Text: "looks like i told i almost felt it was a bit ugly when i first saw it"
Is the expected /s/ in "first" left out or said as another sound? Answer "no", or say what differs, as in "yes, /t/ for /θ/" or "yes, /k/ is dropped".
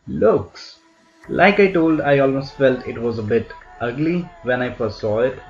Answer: yes, /s/ is dropped